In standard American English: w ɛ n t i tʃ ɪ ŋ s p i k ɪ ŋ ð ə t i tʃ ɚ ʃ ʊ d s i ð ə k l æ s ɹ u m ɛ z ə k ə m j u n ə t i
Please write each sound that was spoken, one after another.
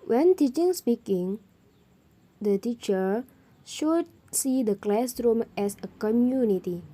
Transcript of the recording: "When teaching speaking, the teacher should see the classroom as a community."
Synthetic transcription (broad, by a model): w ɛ n t i tʃ ɪ ŋ s p i k ɪ ŋ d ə t i tʃ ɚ ʃ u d s i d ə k l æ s ɹ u m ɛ s ə k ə m j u n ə t i